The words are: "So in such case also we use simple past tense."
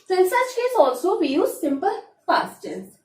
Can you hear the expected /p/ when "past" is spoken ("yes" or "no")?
no